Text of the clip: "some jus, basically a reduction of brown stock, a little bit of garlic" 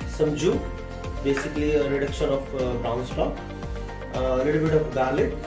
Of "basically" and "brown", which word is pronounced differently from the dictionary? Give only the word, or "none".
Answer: brown